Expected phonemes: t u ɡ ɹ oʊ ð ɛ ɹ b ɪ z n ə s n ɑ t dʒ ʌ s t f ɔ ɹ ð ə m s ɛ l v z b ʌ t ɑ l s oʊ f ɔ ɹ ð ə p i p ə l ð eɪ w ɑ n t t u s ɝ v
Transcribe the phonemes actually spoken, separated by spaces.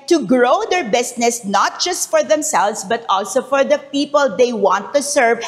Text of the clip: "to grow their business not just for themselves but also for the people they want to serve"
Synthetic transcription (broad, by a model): t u ɡ ɹ oʊ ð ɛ ɹ b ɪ s n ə s n ɑ t dʒ ʌ s t f ɔ ɹ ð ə m s ɛ l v s b ʌ t ɑ l s oʊ f ɔ ɹ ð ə p i p ə l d eɪ w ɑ n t t u s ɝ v